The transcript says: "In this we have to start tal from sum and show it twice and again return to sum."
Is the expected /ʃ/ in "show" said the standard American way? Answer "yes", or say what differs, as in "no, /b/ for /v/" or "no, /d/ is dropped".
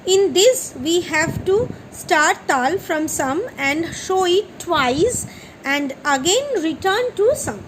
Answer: yes